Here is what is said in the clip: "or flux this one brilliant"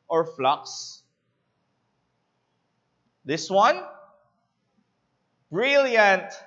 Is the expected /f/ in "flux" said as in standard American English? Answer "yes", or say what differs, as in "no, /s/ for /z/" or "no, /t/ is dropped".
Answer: yes